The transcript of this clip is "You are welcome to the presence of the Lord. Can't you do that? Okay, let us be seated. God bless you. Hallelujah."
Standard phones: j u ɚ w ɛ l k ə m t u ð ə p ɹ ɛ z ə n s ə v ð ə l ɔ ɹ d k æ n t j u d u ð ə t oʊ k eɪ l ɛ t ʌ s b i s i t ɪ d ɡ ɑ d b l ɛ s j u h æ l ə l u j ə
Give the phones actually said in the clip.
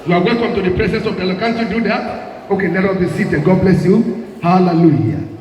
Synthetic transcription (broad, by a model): j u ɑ w ɛ l k ə m t u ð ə p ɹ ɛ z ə n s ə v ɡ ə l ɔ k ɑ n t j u d u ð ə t oʊ k eɪ n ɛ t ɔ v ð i s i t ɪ ɡ ɑ d b l ɛ s j u h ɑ l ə l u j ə